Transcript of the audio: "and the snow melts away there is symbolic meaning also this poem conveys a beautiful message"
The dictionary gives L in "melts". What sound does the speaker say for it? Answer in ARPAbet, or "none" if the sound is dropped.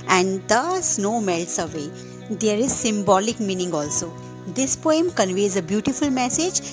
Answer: L